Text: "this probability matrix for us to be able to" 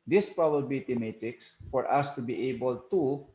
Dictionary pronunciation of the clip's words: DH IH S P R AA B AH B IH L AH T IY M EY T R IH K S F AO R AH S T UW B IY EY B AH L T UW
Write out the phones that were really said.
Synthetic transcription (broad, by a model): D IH S P R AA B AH B L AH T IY M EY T IH K S F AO R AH S T UW B IY EY B AH L T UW